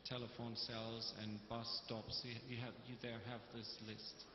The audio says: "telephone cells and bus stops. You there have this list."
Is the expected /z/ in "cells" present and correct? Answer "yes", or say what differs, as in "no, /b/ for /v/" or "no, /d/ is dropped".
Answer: yes